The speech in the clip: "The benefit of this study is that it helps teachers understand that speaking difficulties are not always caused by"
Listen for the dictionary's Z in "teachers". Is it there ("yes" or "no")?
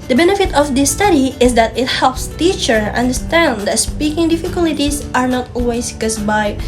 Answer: no